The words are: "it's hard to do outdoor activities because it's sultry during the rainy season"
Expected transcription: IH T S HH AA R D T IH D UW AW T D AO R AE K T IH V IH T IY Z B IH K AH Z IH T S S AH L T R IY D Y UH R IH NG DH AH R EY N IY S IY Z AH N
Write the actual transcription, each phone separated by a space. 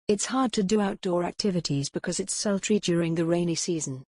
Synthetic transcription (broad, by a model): IH T S HH AA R D T IH D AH AW T D AO R AE K T IH V IH T IY Z B IH K AH Z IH T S S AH L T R IY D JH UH R IH NG DH AH R EY N IY S IY Z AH N